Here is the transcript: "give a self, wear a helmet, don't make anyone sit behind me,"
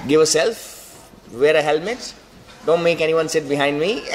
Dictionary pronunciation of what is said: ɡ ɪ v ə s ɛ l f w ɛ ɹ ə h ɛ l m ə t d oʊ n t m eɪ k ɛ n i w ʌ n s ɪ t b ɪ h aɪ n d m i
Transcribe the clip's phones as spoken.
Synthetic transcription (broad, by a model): ɡ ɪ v ə s ɛ l f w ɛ ɹ ə h ɛ l m ə t d oʊ n t m eɪ k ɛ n i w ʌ n s ɪ t b ɪ h aɪ n d m i